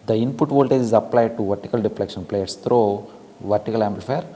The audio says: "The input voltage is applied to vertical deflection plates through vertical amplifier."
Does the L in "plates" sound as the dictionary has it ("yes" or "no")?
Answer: yes